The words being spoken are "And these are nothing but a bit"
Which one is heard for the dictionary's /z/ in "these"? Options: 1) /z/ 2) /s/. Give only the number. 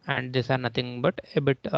2